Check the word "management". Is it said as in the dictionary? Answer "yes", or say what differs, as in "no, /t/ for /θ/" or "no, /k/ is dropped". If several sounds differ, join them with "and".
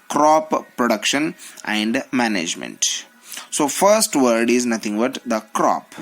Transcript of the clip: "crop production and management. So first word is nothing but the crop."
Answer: yes